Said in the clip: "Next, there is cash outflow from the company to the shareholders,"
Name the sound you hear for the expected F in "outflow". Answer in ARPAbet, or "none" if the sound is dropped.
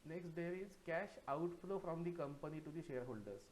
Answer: F